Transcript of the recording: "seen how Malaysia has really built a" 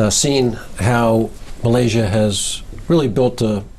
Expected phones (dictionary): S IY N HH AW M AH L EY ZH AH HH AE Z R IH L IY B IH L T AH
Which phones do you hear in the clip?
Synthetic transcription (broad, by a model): S IY N HH AW M AH L EY ZH AH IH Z R IH L IY B IH L T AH